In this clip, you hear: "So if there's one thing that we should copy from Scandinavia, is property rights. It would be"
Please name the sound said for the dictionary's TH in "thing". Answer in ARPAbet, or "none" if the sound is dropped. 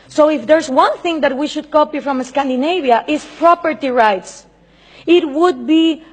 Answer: TH